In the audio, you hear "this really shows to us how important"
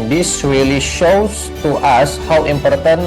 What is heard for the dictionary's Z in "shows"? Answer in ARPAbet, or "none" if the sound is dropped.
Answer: S